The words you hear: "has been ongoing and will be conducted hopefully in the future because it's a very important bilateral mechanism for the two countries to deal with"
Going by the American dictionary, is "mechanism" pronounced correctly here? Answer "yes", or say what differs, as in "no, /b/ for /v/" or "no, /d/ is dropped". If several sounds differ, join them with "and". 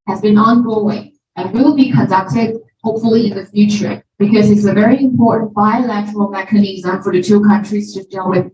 yes